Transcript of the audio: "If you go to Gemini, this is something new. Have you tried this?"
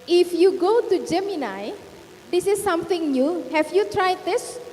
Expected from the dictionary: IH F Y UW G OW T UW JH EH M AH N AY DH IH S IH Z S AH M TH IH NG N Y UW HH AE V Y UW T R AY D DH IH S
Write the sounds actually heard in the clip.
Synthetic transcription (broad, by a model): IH F Y UW G OW T UW JH EH M AH N AY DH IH S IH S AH M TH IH NG N Y UW HH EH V Y UW T R AY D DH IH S